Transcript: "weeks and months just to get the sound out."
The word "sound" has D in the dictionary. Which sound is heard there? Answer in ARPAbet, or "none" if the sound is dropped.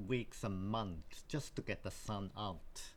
none